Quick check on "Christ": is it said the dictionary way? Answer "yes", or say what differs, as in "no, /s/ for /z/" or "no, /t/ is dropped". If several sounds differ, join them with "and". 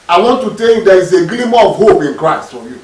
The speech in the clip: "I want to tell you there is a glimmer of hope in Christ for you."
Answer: yes